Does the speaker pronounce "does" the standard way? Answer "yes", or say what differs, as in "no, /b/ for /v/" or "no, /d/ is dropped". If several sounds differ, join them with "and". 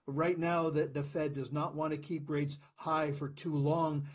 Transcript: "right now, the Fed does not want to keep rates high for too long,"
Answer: yes